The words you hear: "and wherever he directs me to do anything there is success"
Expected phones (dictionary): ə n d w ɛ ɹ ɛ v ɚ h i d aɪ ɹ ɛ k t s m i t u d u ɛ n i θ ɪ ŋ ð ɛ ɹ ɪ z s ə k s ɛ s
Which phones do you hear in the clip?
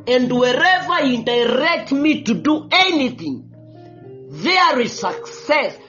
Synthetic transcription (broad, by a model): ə n d w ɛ ɹ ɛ v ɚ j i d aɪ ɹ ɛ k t m i t u d u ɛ n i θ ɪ ŋ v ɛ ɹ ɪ s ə k s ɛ s